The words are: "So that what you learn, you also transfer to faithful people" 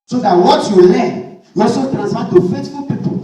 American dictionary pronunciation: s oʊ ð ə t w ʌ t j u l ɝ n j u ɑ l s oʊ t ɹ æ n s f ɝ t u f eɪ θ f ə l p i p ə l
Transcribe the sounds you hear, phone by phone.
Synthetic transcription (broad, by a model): s oʊ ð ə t w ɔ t j u l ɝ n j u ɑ s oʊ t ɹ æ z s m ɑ t u f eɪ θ f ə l p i p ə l